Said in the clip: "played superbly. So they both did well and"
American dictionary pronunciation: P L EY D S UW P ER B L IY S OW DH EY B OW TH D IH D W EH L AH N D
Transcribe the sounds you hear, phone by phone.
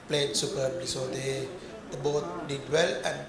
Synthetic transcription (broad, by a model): P L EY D S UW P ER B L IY S OW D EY B OW T D IH D W EH L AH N